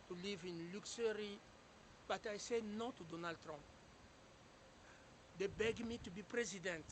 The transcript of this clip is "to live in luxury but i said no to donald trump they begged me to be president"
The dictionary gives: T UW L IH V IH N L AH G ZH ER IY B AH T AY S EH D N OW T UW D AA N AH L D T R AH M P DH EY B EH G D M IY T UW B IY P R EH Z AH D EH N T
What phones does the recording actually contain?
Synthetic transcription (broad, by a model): T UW L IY V IH N L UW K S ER IY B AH T AY S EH N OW T UW D AA N AH L D T R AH M P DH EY B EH G M IY T UW B IY P R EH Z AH D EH N T